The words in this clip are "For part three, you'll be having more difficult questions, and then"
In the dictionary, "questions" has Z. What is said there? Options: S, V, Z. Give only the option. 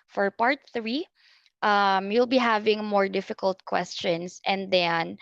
S